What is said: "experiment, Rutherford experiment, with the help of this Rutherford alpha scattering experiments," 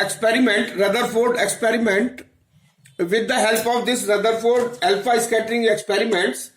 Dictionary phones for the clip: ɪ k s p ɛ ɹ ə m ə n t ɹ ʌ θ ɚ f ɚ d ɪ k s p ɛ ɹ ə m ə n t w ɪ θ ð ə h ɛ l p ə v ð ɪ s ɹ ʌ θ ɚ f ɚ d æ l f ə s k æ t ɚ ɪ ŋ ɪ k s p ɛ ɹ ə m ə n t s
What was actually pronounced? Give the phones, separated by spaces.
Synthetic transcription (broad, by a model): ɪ k s p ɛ ɹ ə m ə n t ɹ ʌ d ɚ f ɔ d ɪ k s p ɛ ɹ ə m ə n t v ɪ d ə h ɛ l p ə v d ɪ s ɹ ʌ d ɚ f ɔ d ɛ l p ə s k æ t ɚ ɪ ŋ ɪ k s p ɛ ɹ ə m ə n t s